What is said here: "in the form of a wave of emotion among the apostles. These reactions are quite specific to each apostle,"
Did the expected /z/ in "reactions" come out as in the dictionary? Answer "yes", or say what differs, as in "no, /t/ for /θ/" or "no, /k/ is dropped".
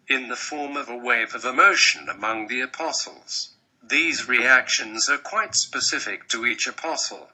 yes